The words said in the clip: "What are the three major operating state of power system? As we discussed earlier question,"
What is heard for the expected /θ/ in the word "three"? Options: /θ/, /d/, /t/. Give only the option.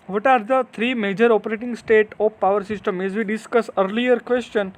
/t/